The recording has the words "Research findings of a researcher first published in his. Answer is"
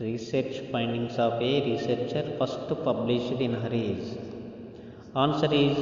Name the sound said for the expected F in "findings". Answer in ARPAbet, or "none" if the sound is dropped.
P